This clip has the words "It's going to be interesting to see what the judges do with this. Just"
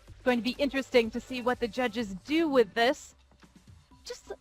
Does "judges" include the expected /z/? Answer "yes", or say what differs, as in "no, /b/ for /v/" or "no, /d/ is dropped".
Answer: yes